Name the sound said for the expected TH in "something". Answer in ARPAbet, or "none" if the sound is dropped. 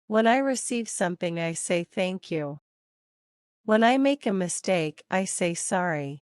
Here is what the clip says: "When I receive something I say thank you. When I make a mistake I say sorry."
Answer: TH